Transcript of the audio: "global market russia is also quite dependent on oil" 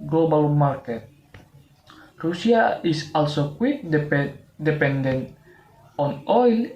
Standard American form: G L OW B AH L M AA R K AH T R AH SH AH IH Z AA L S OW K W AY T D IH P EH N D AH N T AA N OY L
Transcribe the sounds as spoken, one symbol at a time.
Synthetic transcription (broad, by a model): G L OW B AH L M AA R K AH T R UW S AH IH S AA L S OW K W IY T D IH P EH N D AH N AA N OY L